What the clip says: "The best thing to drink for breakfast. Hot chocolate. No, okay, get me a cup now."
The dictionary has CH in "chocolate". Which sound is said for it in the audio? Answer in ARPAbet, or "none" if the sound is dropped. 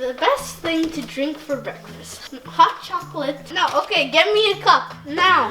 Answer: CH